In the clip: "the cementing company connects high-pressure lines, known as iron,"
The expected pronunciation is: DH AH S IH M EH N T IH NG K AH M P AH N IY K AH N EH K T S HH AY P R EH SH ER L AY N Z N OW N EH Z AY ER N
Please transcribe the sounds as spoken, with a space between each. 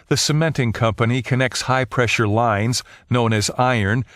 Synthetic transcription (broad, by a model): DH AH S IH M EH N T IH NG K AH M P AH N IY K AH N EH K T S HH AY P R EH SH ER L AY N Z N OW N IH Z AY ER N